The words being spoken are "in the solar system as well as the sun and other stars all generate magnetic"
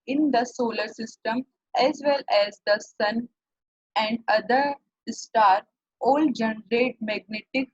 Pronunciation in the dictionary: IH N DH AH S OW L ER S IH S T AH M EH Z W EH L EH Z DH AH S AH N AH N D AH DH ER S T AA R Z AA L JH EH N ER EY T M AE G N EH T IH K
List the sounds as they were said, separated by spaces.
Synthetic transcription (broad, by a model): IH N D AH S OW L ER S IH S T AH M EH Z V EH L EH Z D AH S AH N AH N D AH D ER S T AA R AA L JH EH N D EY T M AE G N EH T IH K